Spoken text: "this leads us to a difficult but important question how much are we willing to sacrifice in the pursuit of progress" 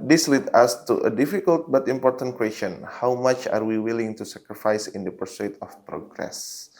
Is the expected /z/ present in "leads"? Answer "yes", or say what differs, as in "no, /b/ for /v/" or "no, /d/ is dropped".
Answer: no, /z/ is dropped